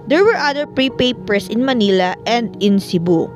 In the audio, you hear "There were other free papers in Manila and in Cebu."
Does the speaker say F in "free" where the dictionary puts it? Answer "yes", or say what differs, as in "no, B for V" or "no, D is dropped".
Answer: no, P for F